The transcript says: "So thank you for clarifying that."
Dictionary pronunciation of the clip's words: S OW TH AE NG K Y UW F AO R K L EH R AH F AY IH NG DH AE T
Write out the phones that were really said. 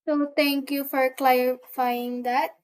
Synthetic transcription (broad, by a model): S OW T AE NG K Y UW F AO R K L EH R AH F AY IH NG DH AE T